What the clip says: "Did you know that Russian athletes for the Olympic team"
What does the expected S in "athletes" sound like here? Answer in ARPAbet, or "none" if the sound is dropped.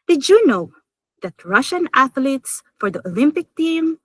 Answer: S